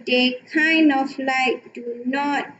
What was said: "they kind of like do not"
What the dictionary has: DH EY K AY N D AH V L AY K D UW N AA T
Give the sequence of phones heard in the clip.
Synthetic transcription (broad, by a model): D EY K AY N D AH F L AY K D UW N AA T